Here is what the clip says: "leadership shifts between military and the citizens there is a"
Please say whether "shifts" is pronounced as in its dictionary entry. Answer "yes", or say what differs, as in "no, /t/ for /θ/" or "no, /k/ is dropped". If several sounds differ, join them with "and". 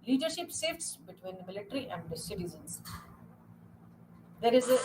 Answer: no, /s/ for /ʃ/